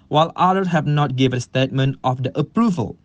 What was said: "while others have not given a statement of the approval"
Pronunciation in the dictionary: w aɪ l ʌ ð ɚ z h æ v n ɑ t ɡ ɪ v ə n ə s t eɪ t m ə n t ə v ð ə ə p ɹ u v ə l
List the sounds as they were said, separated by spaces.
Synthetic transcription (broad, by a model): w aɪ l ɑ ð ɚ h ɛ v n ɑ t ɡ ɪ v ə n ə s t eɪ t m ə n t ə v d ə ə p ɹ u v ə l